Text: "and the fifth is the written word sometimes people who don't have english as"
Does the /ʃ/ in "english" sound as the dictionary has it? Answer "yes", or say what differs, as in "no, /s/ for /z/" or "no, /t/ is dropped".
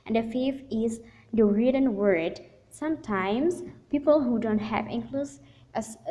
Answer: no, /s/ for /ʃ/